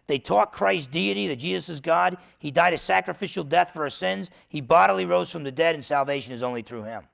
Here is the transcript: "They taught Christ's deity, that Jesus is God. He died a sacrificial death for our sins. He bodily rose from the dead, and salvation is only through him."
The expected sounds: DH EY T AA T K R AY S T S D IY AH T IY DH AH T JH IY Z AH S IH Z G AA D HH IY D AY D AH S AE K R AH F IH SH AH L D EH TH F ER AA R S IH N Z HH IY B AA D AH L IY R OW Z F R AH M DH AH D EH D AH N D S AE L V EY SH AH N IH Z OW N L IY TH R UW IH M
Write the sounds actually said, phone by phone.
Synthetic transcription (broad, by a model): DH EY T AA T K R AY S S D IY AH T IY DH AH T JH IY Z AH S IH Z G AA D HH IY D AY D AH S AE K R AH F IH SH L D EH TH F ER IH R S IH N Z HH IY B AA D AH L IY R OW Z F R AH M DH AH D EH D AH N S AE L V EY SH AH N IH Z OW N L IY TH R UW IH M